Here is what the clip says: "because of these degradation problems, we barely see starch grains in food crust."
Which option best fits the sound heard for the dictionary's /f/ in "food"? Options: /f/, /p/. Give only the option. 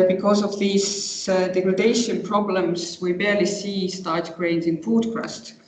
/p/